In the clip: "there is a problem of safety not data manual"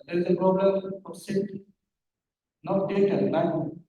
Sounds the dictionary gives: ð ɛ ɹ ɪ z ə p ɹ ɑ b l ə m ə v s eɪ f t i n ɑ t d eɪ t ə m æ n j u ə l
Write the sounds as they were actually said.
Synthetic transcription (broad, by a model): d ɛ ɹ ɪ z ə p ɹ ɑ b l ə m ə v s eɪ t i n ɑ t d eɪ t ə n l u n